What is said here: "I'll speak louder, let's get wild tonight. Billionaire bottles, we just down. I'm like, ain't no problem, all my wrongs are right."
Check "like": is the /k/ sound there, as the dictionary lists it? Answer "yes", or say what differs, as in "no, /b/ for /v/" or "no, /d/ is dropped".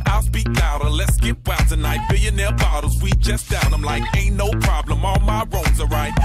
yes